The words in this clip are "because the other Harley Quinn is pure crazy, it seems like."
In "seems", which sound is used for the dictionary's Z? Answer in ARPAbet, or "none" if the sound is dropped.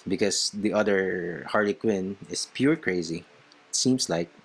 S